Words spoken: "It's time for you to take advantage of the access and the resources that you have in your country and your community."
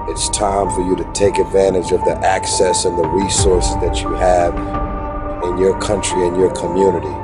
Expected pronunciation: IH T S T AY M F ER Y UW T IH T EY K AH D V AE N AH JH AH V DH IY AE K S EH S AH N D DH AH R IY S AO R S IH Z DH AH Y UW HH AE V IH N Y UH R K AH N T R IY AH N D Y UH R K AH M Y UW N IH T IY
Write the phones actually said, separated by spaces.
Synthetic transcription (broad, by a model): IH T S T AY M F ER Y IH T IH T EY K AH D V AE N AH JH AH V DH IY AE K S EH S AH N DH AH R IY S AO R S DH AH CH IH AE V IH N Y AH R K AH N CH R IY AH N Y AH R K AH M Y UW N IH T IY